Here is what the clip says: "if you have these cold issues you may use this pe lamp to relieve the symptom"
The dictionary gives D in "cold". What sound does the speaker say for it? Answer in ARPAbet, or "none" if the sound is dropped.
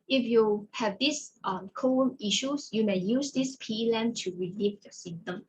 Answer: none